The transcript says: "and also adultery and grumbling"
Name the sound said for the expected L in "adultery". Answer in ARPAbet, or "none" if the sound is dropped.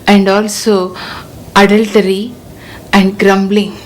L